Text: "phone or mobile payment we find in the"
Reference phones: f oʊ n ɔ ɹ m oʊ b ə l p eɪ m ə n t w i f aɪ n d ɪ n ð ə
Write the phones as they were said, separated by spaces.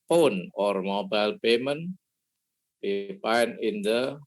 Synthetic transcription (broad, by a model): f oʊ n ɔ ɹ m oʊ b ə l p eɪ m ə n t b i p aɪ n ɪ n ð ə